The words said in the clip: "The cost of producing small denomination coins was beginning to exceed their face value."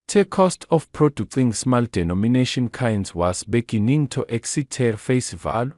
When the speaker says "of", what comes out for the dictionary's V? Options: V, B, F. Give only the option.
F